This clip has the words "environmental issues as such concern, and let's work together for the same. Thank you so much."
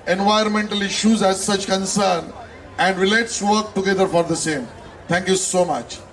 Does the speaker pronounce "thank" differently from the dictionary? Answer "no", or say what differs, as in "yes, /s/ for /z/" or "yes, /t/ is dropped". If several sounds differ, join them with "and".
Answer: yes, /t/ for /θ/